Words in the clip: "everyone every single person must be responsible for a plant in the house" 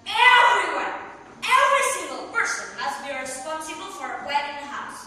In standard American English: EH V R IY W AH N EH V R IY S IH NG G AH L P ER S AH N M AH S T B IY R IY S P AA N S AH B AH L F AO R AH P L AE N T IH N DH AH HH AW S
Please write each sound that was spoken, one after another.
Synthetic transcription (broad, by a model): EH V R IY W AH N EH V R IY S IH NG G AH L P ER S AH N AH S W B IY R IY S P AA N S AH B AH L F AO R AH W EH T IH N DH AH HH AW S